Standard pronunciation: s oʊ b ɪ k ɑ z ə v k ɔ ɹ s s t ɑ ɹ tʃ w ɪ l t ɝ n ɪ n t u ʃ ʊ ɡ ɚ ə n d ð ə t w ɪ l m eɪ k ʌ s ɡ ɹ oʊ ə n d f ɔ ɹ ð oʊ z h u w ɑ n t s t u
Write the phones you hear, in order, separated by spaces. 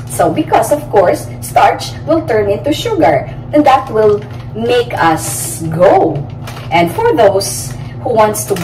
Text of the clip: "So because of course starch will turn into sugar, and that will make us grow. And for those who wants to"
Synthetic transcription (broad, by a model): s oʊ b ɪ k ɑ s ə v k ɔ ɹ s s t ɑ ɹ tʃ w ɪ l t ɝ n ɪ n t u ʃ ʊ ɡ ɚ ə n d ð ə t w ɪ l m eɪ k ʌ s ɡ oʊ ə n d f ɔ ɹ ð oʊ s h u w ɑ n t s t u